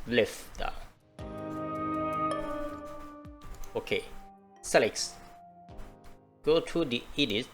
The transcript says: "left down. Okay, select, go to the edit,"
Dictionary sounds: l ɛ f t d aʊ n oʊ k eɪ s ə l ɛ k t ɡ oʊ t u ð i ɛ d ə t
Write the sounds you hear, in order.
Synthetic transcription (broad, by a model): l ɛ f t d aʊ oʊ k eɪ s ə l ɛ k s ɡ oʊ t u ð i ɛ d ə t